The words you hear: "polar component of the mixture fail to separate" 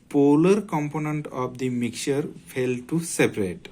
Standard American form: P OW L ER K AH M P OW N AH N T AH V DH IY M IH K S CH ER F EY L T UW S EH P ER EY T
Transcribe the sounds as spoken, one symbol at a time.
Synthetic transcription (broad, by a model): P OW L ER K AH M P OW N AH N T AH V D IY M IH K CH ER F EY L T UW S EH P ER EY T